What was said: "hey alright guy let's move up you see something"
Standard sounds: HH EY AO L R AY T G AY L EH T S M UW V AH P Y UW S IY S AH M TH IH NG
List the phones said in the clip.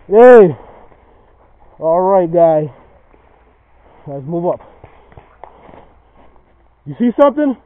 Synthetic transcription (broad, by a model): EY AO L R AY T G AY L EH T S M UW V AH P Y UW S IY S AH M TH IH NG